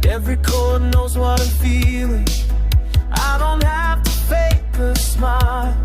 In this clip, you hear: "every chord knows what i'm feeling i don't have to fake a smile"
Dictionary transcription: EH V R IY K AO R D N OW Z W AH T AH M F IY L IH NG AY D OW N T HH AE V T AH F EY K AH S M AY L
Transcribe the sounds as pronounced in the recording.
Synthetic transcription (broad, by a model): EH V R IY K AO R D N OW Z W AH T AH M F IY L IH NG AY D OW N T HH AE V T AH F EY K AH S M AY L